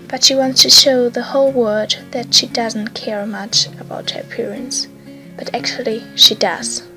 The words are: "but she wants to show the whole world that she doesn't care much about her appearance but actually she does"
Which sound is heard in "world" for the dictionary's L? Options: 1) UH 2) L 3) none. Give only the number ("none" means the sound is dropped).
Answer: 3